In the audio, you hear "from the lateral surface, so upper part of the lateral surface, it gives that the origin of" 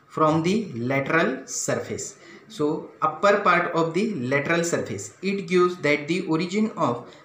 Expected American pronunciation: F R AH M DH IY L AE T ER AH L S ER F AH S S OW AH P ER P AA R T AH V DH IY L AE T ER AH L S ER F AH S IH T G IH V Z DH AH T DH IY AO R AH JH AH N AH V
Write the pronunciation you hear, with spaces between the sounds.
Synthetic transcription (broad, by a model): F R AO M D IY L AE T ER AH L S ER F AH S S OW AH P ER P AA R T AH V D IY L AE T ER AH L S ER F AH S IH T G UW Z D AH T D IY AO R AH JH AH N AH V